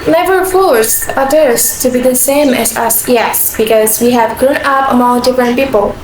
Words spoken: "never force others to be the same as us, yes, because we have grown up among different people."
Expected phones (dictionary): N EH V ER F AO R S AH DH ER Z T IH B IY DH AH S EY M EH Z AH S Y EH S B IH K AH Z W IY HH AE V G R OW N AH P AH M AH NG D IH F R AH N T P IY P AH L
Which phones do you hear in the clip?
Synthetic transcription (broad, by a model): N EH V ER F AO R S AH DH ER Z T IH B IY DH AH S EY M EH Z AH S Y EH S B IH K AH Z W IY HH AE V G R OW N AH P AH M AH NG D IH F R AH N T P IY P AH L